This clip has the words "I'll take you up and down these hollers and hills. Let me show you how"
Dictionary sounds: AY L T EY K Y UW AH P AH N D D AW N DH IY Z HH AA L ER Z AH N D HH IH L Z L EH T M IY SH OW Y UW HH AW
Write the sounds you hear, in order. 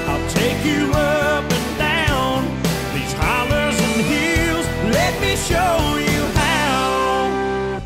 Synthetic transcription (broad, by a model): AY L T EY K Y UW AH P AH N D D AW N DH IY Z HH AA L ER Z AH N HH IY L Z L EH T M IY SH OW Y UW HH AW